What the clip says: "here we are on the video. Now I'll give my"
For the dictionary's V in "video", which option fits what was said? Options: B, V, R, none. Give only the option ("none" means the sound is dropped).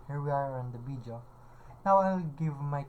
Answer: B